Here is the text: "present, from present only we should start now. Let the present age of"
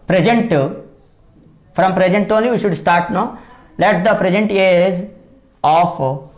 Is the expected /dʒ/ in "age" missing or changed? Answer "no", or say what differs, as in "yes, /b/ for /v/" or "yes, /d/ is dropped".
yes, /z/ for /dʒ/